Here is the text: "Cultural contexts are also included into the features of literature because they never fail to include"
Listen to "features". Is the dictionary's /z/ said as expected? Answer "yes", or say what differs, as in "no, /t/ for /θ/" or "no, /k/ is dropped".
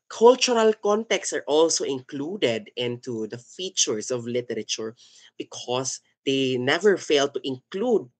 no, /s/ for /z/